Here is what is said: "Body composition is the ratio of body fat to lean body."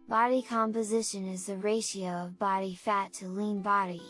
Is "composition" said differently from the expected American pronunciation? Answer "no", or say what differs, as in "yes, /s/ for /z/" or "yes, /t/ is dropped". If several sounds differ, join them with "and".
no